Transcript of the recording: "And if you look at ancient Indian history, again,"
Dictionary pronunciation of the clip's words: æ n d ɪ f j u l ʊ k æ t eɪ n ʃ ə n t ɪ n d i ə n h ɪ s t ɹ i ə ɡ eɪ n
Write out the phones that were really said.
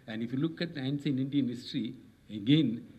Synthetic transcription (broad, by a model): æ n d ɪ f j u l ʊ k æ t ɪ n s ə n ɪ n d i ə n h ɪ s t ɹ i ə ɡ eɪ n